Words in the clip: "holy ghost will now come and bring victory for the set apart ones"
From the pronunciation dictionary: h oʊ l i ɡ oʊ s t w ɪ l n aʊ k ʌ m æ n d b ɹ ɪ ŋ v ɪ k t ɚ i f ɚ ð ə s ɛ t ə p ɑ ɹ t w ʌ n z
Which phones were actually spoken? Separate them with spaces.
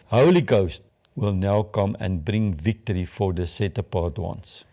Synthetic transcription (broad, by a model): h oʊ l i ɡ oʊ s t w ɪ l n aʊ k ʌ m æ n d b ɹ ɪ ŋ v ɪ k t ɚ i f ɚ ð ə s ɛ t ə p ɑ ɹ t w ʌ n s